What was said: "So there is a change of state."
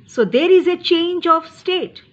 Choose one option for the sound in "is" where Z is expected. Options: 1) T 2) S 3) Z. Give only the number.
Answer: 3